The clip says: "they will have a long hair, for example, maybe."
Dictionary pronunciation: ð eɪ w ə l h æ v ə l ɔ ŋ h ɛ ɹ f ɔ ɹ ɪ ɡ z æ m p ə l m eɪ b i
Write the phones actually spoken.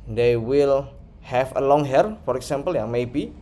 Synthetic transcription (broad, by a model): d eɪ w ə l h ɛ f ə l ɔ ŋ h ɛ ɹ f ɔ ɹ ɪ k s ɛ m p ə l m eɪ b i